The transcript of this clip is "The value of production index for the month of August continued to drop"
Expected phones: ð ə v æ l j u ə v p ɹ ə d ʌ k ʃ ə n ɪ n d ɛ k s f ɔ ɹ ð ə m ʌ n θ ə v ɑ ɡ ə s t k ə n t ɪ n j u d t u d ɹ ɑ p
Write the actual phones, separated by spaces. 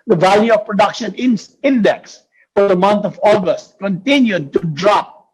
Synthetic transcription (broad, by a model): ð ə v æ l j u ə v p ɹ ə d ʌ k ʃ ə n ɪ n d ɛ k s f ɔ ɹ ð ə m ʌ n t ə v ɑ ɡ ə s t k ə n t ɪ n j u d t u d ɹ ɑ p